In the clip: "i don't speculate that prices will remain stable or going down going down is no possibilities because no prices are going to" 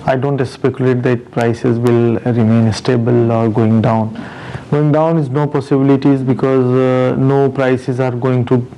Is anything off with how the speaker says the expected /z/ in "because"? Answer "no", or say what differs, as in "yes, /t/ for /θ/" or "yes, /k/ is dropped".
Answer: no